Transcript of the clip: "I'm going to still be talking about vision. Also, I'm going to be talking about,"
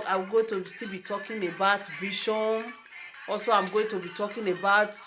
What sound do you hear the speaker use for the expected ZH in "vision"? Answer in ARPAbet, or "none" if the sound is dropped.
SH